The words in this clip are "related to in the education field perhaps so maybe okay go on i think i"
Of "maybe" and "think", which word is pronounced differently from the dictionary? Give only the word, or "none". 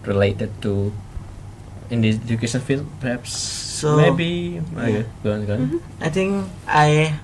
think